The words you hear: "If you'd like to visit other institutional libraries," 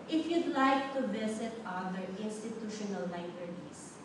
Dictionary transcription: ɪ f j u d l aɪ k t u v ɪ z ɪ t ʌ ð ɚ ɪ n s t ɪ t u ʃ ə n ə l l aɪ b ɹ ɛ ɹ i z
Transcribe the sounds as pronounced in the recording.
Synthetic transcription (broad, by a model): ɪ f j u d l aɪ k t u b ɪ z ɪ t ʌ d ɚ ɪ n s t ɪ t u ʃ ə n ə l l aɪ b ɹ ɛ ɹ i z